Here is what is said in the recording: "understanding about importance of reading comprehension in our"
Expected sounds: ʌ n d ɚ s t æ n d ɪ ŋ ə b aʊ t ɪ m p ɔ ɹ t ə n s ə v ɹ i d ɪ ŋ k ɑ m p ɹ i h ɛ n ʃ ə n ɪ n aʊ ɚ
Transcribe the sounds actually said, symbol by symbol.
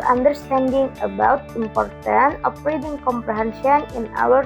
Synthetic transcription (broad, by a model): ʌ n d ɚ s t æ n d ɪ ŋ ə b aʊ t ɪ m p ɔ ɹ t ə n ə p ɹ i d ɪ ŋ k ɑ m p ɹ i h ɛ n ʃ ə n ɪ n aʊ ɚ